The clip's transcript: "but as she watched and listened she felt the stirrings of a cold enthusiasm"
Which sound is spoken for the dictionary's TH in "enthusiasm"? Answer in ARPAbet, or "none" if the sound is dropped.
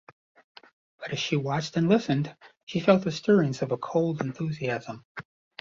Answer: TH